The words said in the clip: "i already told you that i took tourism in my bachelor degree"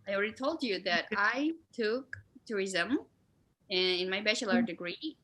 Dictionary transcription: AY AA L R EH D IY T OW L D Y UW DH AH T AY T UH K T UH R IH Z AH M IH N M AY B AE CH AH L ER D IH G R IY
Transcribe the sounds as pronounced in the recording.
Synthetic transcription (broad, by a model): AY AA L R EH D IY T OW L D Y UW DH AH T AY T UH K T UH R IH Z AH M IH N M AY B AE CH AH L ER D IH G R IY